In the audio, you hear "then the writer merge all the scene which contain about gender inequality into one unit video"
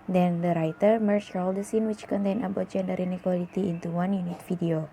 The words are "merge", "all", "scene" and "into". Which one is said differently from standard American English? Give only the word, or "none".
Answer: merge